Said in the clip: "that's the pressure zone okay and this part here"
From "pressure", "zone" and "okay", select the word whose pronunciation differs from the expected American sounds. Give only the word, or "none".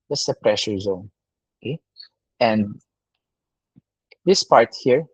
none